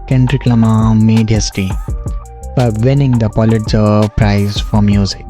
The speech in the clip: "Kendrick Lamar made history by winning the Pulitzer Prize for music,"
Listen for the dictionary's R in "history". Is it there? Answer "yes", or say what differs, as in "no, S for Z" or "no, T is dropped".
no, R is dropped